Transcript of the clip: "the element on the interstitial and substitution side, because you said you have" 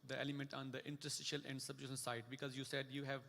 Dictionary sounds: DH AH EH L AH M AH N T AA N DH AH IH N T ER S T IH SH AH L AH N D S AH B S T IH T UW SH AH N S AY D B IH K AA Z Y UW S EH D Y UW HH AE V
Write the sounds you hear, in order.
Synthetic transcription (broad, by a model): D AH EH L AH M AH N T AA N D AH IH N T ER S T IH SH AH L AH N D S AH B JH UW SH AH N S AY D B IH K AA Z Y UW S EH D Y UW HH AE V